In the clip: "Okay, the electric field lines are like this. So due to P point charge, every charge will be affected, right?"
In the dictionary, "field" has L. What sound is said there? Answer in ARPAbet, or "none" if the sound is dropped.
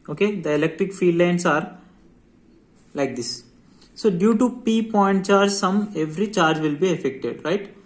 none